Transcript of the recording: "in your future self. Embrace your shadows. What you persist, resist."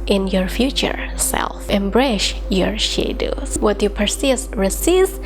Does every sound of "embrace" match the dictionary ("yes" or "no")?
no